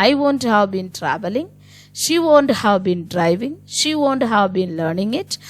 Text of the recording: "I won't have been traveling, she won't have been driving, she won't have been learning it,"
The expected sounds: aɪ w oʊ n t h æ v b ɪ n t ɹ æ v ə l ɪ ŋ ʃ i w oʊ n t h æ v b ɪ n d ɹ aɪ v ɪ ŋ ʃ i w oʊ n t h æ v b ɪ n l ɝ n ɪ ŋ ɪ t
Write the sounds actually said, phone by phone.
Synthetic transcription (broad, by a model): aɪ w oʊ n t h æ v b ɪ n t ɹ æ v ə l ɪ ŋ ʃ i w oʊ n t h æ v b ɪ n d ɹ aɪ v ɪ ŋ ʃ i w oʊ n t h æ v b ɪ n l ɝ n ɪ ŋ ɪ t